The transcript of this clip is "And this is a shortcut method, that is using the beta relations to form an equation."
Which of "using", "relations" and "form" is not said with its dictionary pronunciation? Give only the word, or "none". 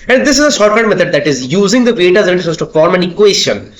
relations